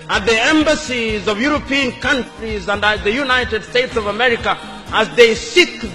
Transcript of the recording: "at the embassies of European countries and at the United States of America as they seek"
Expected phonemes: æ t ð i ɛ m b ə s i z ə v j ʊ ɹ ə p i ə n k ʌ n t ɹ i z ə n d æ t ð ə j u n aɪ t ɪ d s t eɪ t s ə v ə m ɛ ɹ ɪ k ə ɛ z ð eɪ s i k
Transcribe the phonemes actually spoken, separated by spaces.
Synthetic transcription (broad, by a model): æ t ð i ɛ m b ə s i z ə v j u ɹ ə p i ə n k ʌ n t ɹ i z ə n d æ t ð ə j u n aɪ t ɪ d s t eɪ t s ə v ə m ɛ ɹ ɪ k ə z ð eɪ s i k